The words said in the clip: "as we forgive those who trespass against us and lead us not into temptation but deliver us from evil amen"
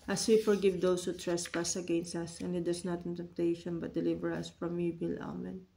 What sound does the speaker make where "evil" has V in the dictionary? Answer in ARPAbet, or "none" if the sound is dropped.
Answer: B